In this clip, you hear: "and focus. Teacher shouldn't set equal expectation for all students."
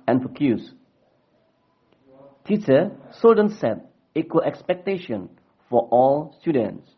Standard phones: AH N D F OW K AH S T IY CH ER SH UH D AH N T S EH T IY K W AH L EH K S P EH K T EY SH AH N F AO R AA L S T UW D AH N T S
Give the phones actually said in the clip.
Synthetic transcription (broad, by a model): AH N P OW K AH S T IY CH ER S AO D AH N S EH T IY K W AH L EH K S P EH K T EY SH AH N F AO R AA L S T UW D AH N T S